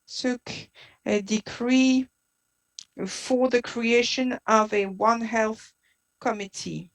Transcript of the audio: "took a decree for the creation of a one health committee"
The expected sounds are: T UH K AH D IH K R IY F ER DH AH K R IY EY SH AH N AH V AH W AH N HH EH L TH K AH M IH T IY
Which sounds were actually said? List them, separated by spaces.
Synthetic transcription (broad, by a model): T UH K AH D IH K R IY F ER DH AH K R IY EY SH AH N AH V AH W AH N HH EH L TH K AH M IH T IY